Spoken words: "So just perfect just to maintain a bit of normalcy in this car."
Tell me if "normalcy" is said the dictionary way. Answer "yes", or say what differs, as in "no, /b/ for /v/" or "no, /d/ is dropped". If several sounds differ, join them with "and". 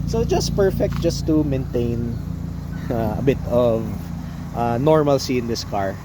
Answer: yes